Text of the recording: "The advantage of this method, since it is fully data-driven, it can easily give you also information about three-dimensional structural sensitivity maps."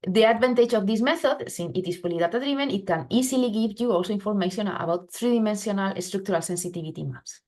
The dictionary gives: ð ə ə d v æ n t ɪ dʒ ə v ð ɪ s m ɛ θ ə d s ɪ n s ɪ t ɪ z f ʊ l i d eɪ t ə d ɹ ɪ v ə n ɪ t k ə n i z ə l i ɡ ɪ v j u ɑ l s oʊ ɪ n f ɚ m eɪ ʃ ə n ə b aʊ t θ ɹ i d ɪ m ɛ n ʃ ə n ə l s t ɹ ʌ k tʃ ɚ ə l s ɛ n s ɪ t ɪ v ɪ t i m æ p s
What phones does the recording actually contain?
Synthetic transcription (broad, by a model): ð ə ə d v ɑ n t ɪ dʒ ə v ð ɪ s m ɛ θ ə d s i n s ɪ t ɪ s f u l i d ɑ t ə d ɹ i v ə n ɪ t k ə n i s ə l i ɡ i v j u ɑ l s oʊ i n f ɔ m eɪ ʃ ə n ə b aʊ t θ ɹ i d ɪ m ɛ n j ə n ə l s t ɹ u k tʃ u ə l s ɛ n s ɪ t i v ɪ t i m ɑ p s